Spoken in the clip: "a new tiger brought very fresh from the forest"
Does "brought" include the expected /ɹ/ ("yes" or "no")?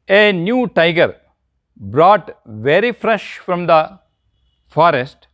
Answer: yes